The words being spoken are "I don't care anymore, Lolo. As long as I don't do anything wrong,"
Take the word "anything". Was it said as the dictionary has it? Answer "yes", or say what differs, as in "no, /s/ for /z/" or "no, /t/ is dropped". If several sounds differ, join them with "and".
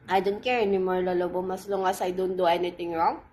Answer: no, /t/ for /θ/